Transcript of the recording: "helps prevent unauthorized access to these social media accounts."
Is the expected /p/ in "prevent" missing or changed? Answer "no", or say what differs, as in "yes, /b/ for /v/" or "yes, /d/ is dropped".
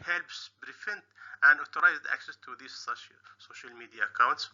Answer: yes, /b/ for /p/